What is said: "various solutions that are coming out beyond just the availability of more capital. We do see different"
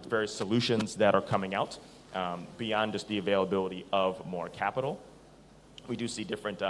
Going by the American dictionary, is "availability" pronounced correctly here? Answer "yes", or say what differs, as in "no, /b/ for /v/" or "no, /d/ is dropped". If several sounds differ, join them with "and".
yes